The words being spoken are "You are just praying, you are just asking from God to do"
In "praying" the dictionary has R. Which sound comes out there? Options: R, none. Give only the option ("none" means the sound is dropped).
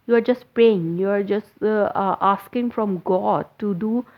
none